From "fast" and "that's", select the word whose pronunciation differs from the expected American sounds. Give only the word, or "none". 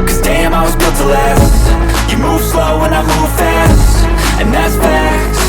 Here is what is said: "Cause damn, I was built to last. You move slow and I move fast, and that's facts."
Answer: none